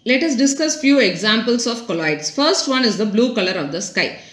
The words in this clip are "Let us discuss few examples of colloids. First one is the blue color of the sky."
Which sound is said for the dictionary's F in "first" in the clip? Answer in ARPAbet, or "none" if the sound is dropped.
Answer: F